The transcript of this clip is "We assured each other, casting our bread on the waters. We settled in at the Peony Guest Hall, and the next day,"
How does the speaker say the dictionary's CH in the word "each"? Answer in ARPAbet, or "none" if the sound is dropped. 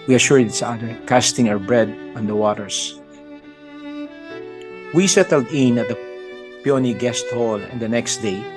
S